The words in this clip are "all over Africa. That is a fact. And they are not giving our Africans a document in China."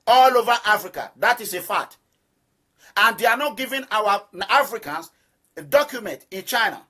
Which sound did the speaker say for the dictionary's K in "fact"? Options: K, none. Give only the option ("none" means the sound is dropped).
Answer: none